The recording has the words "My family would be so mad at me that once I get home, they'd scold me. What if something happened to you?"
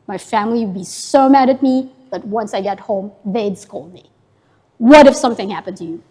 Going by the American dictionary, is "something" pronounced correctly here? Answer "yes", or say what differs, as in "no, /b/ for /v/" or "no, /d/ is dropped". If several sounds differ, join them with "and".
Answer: yes